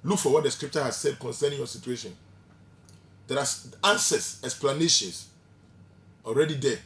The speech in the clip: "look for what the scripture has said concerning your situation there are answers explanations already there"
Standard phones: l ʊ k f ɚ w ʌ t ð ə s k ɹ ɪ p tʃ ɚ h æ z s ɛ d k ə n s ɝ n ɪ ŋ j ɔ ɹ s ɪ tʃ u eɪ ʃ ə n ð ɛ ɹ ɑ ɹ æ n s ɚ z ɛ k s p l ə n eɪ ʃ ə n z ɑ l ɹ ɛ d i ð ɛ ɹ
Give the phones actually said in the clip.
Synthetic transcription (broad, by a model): l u k f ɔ w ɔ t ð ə s k ɹ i p tʃ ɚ h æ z s ɛ d k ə n s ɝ n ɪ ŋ j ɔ s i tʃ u eɪ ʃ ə n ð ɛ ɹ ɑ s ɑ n s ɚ s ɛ k s p l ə n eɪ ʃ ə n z ɑ l ɹ ɛ d i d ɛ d